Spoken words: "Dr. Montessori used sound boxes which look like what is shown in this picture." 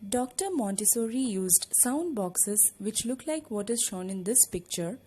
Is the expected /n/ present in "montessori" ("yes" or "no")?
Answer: yes